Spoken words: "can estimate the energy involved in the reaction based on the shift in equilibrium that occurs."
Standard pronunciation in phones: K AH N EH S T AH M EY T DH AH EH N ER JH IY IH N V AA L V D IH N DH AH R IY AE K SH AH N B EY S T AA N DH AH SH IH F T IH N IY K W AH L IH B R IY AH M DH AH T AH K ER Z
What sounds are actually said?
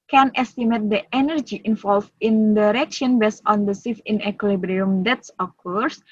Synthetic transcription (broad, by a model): K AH N EH S T AH M EY T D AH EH N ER JH IY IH N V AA L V IH N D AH R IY K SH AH N B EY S AA N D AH S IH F IH N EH K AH L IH B R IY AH M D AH T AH K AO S